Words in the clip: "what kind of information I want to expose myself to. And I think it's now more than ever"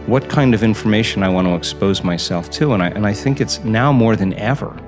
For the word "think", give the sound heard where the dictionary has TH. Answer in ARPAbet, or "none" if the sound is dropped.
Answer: TH